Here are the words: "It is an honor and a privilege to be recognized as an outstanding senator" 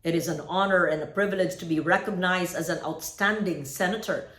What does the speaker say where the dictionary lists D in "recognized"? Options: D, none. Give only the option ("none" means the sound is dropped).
D